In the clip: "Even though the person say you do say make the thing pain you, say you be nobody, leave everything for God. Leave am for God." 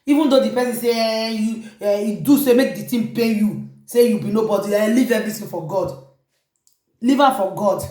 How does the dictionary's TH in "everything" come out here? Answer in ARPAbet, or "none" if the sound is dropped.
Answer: T